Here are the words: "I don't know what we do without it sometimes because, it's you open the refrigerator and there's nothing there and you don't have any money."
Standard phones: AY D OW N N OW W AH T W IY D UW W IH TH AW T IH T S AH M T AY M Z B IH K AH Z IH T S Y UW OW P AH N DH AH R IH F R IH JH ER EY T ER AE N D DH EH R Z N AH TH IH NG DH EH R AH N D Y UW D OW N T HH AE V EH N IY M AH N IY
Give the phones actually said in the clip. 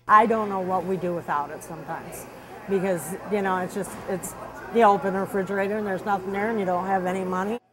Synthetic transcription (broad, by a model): AY D OW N N OW W AH T W IY D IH W IH TH AW T IH T S AH M T AY M Z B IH K AH Z IH T S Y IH OW P AH N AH R IH F R IH JH ER EY T ER N DH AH R Z N AH TH IH NG DH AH R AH N Y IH D OW N T HH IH V EH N IY M AH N IY